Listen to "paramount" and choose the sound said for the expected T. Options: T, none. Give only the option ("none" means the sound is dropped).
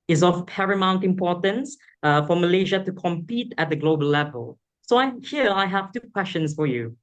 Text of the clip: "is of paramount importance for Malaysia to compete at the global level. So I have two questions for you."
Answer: T